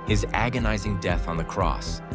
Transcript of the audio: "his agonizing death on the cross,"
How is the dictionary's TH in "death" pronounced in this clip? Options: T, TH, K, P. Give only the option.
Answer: TH